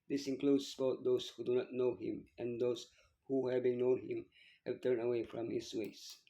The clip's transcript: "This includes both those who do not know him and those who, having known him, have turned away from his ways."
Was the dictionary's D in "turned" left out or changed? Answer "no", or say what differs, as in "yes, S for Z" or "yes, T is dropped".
yes, D is dropped